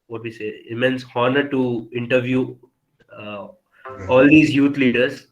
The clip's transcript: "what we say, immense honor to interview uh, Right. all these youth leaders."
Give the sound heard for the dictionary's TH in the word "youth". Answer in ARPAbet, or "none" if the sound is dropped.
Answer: T